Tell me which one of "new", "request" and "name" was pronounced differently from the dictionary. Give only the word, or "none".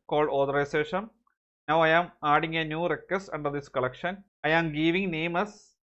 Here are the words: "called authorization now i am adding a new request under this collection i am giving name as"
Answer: request